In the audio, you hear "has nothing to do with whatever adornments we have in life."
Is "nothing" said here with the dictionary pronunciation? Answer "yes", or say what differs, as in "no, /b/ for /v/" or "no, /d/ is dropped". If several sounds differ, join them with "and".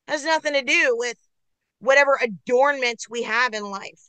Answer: yes